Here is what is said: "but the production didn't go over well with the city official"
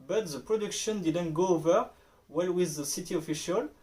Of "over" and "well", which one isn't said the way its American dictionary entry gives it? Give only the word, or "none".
none